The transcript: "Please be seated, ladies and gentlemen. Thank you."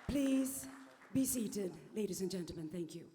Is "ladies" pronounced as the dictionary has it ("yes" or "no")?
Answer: yes